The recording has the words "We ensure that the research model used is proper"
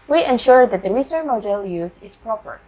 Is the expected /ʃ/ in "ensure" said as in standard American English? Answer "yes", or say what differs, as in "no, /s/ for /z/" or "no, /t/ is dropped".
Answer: yes